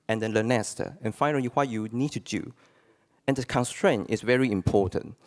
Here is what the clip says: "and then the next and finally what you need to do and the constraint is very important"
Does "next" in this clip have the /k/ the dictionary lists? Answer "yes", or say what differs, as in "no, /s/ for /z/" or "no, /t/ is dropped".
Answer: no, /k/ is dropped